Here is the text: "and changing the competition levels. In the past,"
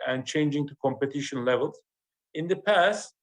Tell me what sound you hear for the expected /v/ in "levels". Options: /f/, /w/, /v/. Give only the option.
/v/